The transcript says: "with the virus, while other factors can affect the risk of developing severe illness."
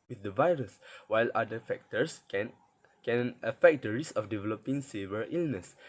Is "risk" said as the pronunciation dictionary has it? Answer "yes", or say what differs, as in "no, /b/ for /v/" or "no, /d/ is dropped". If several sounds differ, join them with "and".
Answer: no, /k/ is dropped